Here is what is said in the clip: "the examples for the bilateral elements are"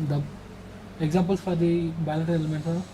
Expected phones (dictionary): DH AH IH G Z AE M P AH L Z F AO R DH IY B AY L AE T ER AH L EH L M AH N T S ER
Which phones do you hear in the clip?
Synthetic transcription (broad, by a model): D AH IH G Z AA M P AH L S F AO R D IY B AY L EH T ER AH L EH M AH N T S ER